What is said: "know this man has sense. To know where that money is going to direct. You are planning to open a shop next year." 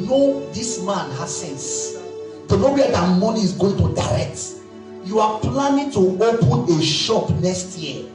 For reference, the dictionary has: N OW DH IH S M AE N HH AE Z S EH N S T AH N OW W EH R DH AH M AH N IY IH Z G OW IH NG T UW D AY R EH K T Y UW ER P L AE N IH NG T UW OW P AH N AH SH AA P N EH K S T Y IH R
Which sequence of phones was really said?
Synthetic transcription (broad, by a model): N OW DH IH S M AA N HH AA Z S EH N S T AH N OW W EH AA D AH M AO N IY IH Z G OW IH NG T UW D AY R EH K T Y UW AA P L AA N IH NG T UW OW P AH N AH SH AA P N EH K S T Y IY